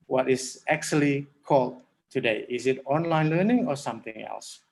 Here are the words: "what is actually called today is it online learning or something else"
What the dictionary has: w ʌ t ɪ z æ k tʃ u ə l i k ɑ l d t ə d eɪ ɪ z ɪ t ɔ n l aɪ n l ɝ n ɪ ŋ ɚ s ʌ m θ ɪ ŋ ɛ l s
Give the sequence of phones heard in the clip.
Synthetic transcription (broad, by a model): w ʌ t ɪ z æ k tʃ u ə l i k ɑ l d t ə d eɪ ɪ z ɪ t ɔ n l aɪ n l ɝ n ɪ ŋ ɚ s ʌ m θ ɪ ŋ ɛ l s